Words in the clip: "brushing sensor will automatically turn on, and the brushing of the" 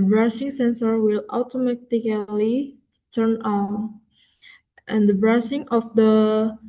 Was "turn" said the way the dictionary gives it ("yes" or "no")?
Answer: yes